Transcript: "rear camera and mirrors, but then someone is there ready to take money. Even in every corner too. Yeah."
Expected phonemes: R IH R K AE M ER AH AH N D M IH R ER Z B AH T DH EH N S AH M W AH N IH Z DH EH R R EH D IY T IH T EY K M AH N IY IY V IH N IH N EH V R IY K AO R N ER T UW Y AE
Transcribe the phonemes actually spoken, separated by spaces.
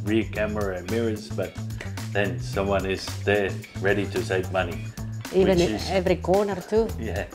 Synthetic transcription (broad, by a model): R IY K AE M ER AH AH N M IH R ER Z B AH T DH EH N S AH M W AH N IH Z DH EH R R EH D IY T IH S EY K M AH N IY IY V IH IH N EH V R IY K AO R N ER T UW Y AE